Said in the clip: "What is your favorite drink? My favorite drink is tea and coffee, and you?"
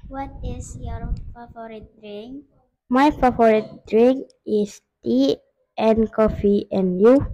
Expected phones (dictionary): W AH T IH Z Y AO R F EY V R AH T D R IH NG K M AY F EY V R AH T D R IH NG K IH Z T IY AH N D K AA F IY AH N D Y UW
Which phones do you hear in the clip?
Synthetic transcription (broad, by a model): W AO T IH S Y AO R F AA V R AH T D R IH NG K M AY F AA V R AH T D R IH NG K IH S T IY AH N K AA F IY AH N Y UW